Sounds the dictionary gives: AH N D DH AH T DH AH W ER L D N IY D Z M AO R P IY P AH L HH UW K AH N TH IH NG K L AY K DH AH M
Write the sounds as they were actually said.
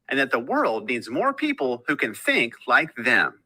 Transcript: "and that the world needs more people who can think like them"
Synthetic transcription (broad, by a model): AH N DH AH T DH AH W ER L D N IY D Z M AO R P IY P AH L HH UW K AH N TH IH NG K L AY K DH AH M